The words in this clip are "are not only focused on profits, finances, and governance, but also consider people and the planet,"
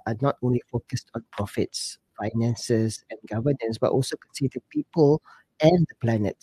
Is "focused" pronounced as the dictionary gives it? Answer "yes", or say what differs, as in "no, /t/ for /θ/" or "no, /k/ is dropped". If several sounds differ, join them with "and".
yes